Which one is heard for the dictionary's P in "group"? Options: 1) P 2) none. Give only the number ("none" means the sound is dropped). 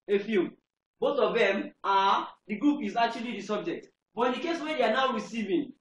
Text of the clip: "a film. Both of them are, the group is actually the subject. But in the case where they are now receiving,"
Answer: 1